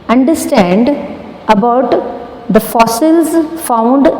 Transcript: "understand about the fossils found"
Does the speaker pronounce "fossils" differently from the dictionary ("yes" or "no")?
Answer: no